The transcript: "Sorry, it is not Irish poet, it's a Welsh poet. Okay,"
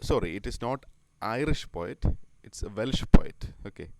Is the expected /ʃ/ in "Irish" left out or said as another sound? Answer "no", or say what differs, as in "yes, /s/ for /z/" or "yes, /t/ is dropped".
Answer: no